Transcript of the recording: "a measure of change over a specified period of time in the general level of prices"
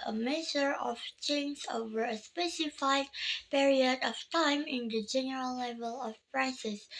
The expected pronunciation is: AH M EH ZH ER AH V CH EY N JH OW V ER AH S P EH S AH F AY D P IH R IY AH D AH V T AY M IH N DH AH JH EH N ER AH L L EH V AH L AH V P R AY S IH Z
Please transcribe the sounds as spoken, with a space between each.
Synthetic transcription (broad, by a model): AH M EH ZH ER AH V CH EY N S OW V ER AH S P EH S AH F AY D P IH R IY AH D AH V T AY M IH N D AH JH EH N ER AH L L EH V AH L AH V P R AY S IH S